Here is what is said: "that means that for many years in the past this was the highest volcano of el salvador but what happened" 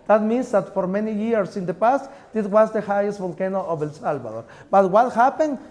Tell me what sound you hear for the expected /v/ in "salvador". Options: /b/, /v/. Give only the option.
/b/